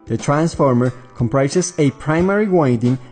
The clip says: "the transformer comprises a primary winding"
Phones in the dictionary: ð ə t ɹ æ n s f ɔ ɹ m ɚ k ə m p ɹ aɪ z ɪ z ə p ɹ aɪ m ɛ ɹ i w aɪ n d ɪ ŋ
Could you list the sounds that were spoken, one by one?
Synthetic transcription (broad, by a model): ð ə t ɹ æ n s f ɔ ɹ m ɚ k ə m p ɹ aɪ s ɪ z ə p ɹ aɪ m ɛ ɹ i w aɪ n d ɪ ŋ